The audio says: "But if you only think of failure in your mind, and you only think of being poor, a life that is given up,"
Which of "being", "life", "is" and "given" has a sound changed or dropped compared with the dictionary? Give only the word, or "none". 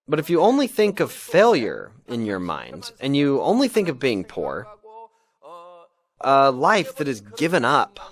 none